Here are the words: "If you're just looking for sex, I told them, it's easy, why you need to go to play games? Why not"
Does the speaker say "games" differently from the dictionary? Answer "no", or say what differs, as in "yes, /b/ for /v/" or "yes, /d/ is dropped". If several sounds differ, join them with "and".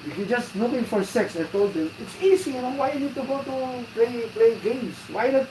yes, /s/ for /z/